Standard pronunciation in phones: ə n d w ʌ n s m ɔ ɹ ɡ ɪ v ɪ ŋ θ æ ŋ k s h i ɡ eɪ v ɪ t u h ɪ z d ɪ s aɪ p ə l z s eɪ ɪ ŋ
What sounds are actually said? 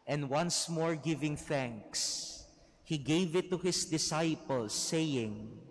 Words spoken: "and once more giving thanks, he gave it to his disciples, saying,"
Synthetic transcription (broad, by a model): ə n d w ʌ n s m ɔ ɹ ɡ ɪ v ɪ ŋ θ æ ŋ k s h i ɡ eɪ v ɪ t u h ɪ s d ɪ s aɪ p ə l s eɪ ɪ ŋ